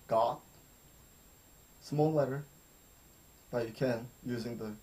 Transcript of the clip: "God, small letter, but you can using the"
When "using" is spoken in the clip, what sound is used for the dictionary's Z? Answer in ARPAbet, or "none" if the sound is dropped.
Z